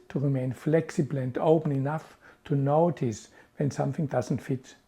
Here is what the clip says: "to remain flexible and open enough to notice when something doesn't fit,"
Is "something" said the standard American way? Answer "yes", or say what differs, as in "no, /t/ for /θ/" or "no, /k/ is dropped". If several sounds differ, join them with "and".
yes